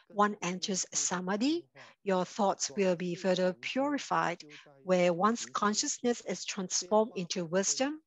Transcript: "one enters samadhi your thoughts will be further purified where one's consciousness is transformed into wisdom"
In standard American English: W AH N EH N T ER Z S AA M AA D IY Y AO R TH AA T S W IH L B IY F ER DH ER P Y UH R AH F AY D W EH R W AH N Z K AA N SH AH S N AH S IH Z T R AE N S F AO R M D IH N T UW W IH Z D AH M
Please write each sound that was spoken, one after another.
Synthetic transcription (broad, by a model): W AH N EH N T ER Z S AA M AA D IY Y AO TH AA T S W IH L B IY F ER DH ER P Y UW R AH F AY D W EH W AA N S K AA N SH AH S N AH S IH S T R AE N S F AO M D IH N T UW W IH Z D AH M